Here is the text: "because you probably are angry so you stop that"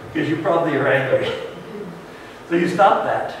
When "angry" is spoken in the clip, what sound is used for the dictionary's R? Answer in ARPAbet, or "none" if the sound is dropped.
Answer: none